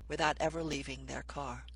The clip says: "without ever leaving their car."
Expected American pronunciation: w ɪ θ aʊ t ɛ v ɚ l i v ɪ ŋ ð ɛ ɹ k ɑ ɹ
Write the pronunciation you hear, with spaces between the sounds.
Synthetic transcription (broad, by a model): w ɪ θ aʊ t ɛ v ɚ l i v ɪ ŋ ð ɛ ɹ k ɑ ɹ